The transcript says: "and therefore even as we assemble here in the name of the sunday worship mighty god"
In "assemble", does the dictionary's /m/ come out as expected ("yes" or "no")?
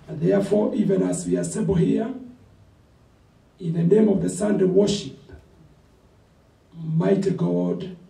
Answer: no